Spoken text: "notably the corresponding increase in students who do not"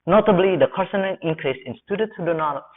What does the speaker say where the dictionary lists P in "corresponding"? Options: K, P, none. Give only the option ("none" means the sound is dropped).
none